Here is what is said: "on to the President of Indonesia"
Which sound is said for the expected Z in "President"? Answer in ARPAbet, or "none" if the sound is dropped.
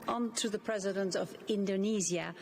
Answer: Z